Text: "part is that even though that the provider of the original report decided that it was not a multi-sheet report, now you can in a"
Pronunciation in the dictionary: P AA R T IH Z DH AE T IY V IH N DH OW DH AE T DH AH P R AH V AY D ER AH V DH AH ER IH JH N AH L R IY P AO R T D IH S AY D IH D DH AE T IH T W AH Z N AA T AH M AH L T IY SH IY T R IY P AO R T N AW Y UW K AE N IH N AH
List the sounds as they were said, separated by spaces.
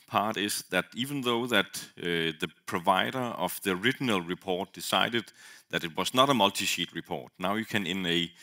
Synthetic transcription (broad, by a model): P AA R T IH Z DH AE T IY V IH N DH OW DH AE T DH AH P R AH V AY D ER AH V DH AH ER IH JH N AH L R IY P AO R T D IH S AY D IH D DH AE T IH T W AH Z N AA T AH M AH L T IY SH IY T R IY P AO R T N AW Y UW K AE N IH N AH